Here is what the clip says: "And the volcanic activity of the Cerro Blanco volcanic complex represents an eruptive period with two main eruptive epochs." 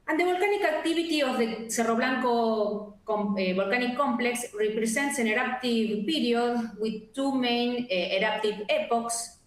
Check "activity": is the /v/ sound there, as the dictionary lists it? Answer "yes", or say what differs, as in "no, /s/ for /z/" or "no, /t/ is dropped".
no, /b/ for /v/